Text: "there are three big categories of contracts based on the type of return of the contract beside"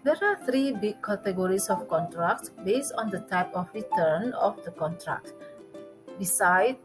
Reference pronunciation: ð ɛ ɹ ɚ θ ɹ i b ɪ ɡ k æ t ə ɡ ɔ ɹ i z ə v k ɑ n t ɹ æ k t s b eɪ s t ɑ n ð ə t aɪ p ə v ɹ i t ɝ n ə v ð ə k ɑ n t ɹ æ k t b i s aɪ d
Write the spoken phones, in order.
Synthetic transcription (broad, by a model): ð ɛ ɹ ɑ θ ɹ i b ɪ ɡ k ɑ t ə ɡ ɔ ɹ i s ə f k ɑ n t ɹ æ k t b eɪ s t ɑ n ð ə t aɪ p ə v ɹ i t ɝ n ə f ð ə k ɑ n t ɹ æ k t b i s aɪ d